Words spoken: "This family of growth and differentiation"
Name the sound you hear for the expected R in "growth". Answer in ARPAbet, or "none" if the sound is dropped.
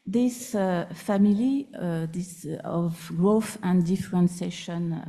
R